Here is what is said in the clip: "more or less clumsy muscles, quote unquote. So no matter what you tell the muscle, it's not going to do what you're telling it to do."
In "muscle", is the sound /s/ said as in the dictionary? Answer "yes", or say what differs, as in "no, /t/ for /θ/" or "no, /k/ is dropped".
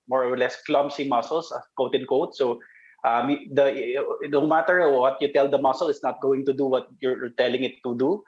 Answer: yes